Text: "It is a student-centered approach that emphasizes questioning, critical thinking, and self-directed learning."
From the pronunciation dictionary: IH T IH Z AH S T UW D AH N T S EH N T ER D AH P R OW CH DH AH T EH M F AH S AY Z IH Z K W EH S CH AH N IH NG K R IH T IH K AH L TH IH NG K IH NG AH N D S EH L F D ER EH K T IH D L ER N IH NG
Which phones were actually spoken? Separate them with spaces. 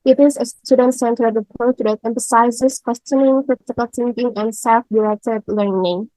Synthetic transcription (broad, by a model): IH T IH Z AH S T UW D AH N T S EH N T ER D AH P OW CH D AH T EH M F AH S AY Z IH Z K W EH S CH AH N IH NG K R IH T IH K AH L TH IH NG K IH NG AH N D S EH L F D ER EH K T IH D L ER N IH NG